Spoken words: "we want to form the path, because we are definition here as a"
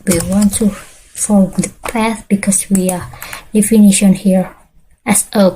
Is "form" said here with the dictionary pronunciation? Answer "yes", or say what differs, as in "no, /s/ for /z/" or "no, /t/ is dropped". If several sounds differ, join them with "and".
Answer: no, /l/ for /ɹ/